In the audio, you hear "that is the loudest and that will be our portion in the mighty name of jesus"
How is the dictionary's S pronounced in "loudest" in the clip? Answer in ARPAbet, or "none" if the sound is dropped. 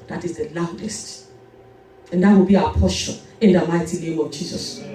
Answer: S